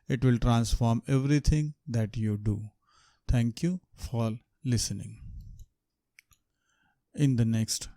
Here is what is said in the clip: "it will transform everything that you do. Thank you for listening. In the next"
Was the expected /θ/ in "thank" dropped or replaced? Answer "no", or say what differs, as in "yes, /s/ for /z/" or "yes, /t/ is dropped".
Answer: yes, /t/ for /θ/